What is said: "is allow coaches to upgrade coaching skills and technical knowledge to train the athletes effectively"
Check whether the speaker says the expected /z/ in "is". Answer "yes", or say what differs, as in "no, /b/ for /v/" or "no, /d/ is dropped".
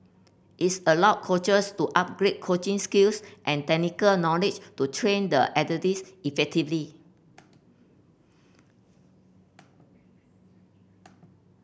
no, /s/ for /z/